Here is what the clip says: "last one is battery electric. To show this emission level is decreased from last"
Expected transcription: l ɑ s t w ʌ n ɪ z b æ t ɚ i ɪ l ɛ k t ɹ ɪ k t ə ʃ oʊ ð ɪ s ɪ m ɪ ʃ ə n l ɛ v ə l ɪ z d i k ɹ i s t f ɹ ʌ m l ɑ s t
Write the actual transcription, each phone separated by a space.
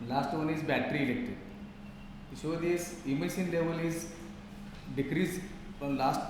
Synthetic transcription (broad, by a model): l ɑ s t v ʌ n ɪ z b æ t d i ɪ l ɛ k t ɪ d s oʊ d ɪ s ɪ m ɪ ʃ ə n l ɛ v ə l ɪ z d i k ɹ i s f ɹ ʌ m l ɑ s t